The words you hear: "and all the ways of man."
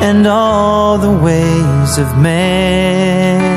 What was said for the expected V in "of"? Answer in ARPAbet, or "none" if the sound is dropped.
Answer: V